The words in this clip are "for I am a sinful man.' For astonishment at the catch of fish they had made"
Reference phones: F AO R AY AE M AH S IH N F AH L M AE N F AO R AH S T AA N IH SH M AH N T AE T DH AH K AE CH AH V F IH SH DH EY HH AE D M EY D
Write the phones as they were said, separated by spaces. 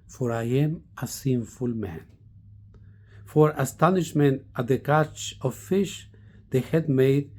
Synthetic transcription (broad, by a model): F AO R AY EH M AH S IH N F AH L M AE N F AO R AH S T AA N IH SH M AH N T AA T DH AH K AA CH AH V F IH SH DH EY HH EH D M EY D